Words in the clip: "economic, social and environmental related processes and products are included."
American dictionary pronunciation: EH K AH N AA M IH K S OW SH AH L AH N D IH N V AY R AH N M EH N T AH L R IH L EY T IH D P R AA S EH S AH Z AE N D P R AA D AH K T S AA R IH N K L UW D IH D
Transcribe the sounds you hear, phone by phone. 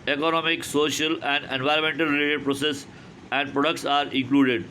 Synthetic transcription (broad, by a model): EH K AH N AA M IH K S OW SH AH L AH N D IH N V AY R AH N M EH N T AH L R IH L EY T IH D P R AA S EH S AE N D P R AA D AH K T S AA R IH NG K L UW D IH D